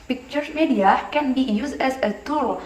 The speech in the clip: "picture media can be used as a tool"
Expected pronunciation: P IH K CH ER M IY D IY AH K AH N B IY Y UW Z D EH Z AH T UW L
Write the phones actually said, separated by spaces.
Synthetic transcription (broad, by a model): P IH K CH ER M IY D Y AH K AH N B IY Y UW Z EH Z AH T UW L